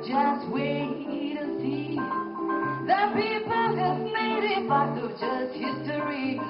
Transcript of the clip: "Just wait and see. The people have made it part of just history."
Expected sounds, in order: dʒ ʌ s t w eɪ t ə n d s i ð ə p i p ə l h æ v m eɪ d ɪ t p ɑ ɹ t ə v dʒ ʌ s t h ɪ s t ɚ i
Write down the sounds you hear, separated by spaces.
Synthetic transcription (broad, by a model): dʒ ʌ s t w eɪ t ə s i ð ə p i p ə l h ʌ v m eɪ d ɪ t b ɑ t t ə dʒ ʌ s t h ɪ s t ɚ i